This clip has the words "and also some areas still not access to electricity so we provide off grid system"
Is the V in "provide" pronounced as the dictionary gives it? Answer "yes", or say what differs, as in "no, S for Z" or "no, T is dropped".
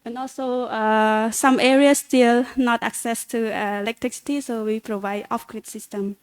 yes